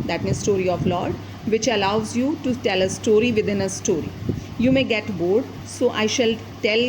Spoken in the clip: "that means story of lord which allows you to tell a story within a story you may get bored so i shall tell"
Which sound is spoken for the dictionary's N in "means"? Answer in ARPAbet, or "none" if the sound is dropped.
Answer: none